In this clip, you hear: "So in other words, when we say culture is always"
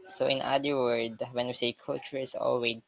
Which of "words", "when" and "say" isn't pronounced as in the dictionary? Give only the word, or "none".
words